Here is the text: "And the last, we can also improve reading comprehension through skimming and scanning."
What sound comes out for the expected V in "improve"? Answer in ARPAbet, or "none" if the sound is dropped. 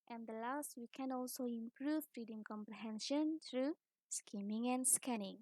F